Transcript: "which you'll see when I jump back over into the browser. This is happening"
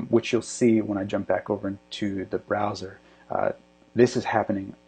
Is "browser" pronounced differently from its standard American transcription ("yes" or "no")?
no